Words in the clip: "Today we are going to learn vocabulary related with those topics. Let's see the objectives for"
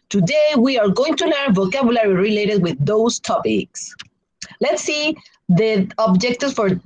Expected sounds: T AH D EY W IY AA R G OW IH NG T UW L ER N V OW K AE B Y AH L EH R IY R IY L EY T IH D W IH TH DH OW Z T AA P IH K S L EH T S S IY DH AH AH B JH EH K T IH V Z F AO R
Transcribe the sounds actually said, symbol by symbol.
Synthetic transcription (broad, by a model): T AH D EY W IY AA R G OW IH NG T UW N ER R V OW K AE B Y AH L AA R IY R IY L EY T IH D W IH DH OW S T AA P IH K S L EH T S S IY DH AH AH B JH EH K T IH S F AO R